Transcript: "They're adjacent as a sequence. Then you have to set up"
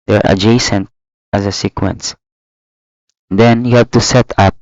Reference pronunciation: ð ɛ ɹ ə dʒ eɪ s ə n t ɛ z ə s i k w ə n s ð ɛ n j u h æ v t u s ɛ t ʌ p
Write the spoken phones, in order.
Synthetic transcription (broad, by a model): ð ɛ ɹ ə dʒ eɪ s ə n t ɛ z ə s i k w ə n s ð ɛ n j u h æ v t u s ɛ t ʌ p